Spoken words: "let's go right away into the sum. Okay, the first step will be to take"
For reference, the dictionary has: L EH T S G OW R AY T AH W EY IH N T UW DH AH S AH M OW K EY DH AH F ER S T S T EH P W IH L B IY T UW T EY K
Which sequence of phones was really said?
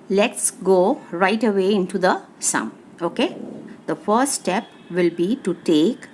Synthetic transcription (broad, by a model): L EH T S G OW R AY T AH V EY IH N T UW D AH S AH M OW K EY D AH F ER T S T EH P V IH L B IY T UW T EY K